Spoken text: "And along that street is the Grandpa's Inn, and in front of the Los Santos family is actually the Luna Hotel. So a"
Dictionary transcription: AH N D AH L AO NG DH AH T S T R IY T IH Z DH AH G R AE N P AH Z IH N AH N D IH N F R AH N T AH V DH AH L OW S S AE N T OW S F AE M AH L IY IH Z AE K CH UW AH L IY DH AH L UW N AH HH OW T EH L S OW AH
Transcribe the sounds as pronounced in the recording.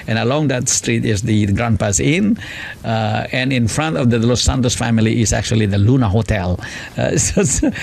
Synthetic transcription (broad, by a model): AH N AH L AO NG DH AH T S T R IY T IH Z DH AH G R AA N P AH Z IH N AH N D IH N F R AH N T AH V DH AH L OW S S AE N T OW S F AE M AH L IY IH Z AE K CH UW AH L IY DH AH L UW N AH HH OW T EH L S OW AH